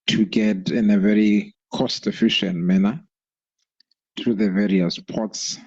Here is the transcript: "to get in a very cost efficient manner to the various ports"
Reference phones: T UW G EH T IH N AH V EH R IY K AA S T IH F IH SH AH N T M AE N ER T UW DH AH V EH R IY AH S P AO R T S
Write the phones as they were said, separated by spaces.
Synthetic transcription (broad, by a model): T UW G EH T IH N AH V EH R IY K AA S T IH F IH SH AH N T M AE N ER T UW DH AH V EH R IY AH S P AO T S